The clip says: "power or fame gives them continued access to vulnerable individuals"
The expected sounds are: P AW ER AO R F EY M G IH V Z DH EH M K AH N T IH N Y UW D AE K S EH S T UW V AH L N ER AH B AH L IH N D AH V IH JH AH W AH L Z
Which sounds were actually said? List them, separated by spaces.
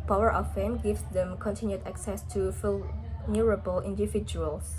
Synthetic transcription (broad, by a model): P AW ER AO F F EY M G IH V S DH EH M K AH N T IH N Y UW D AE K S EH S T UW F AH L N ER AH B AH L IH N D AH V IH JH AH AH L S